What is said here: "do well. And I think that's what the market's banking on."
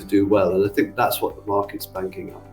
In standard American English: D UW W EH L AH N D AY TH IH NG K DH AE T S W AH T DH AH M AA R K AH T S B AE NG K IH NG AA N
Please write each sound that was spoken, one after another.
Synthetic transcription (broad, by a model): D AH W EH L AH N AY TH IH NG K DH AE T S W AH T DH AH M AA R K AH T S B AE NG K IH NG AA